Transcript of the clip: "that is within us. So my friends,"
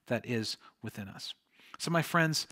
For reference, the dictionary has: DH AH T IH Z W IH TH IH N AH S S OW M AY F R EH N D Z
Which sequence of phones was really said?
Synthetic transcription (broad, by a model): DH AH T IH Z W IH TH IH N AH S S OW M AY F R EH N D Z